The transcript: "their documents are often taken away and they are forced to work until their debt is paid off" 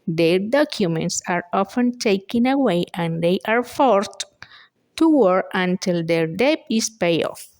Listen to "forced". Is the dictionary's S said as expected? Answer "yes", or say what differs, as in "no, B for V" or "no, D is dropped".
no, S is dropped